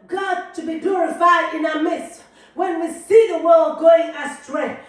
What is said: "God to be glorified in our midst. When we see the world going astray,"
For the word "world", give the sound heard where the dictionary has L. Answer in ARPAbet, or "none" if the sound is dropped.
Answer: L